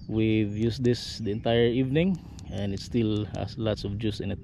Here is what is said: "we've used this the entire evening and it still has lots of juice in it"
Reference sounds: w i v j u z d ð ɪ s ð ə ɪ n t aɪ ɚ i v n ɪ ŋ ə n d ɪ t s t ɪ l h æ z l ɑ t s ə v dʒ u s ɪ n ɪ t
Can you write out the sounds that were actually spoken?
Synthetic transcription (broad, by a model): w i v j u s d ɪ s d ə ɪ n t aɪ ɚ i v n ɪ ŋ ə n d ɪ t s t ɪ l h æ s l ɑ t s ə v dʒ u s ɪ n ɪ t